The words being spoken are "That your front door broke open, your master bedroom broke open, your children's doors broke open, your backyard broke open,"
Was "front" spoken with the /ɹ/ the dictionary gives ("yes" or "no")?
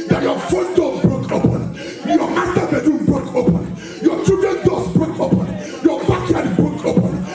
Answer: no